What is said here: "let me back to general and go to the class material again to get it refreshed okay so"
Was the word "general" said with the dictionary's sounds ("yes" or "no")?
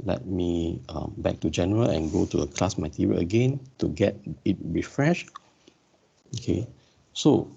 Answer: yes